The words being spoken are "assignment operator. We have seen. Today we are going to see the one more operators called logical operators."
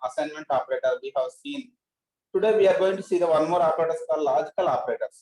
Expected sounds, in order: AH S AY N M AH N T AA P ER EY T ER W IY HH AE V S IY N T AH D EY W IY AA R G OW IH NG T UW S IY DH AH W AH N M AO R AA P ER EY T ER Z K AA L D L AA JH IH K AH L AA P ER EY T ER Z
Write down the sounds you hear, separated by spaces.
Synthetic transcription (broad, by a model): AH S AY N M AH N T AA P ER EY T ER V IY HH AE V S IY N T AH D EY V IY AA R G OW IH NG T UW S IY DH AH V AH N M AO R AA P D EY T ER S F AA D L AA JH IH K AH L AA P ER EY T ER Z